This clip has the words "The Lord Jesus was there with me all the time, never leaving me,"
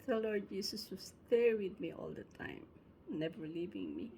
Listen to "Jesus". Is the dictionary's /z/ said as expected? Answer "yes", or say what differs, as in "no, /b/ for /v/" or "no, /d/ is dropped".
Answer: no, /s/ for /z/